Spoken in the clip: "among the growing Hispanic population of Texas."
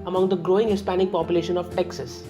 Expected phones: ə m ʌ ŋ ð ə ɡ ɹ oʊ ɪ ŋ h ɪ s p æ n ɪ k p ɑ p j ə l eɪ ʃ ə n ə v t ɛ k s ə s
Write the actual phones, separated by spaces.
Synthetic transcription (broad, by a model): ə m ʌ ŋ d ə ɡ ɹ oʊ ɪ ŋ h ɪ s p æ n ɪ k p ɑ p j ə l eɪ ʃ ə n ə v t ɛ k s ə s